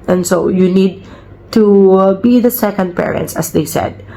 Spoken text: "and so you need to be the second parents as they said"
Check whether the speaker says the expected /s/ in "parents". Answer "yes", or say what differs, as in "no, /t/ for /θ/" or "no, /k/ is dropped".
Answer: yes